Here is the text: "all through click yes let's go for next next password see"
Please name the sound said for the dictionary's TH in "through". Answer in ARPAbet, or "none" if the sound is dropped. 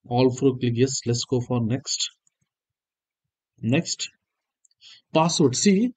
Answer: F